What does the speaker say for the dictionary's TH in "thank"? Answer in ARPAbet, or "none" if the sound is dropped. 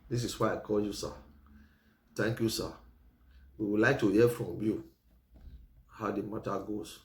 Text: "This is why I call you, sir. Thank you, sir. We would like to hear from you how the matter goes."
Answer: T